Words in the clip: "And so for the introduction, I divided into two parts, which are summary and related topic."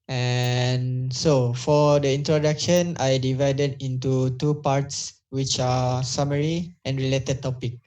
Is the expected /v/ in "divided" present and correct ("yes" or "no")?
yes